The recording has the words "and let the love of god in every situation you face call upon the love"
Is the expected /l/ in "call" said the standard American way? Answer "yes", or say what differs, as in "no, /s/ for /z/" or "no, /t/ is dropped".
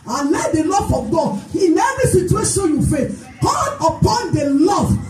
no, /n/ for /l/